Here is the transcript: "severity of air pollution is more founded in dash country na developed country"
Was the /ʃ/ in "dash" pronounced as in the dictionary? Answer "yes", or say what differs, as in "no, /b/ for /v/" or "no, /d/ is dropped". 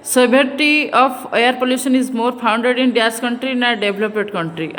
no, /s/ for /ʃ/